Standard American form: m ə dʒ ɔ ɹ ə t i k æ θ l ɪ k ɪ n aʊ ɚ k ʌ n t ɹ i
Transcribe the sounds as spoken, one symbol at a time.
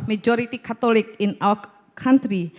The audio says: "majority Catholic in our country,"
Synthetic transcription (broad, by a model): m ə dʒ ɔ ɹ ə t i k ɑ t l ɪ k ɪ n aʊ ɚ k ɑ n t ɹ i